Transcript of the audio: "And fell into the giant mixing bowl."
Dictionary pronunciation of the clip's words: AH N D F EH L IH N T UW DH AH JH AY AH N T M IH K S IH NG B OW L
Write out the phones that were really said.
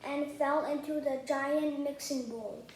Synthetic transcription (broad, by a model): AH N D F EH L IH N T UW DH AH JH AY AH N T M IH K S IH NG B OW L